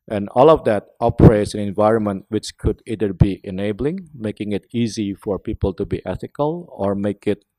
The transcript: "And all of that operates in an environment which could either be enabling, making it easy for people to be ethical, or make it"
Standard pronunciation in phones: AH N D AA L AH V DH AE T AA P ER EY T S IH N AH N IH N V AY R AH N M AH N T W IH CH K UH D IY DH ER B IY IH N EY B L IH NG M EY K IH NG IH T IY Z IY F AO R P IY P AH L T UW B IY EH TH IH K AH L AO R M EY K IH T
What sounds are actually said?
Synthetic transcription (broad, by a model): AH N AA L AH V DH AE T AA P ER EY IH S AH N IH N V AY R AH N M AH N T W IH CH K UH D IY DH ER B IY IH N EY B L IH NG M EY K IH NG IH T IY Z IY F AO R P IY P AH L T UW B IY EH TH IH K AH L AO R M EY K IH T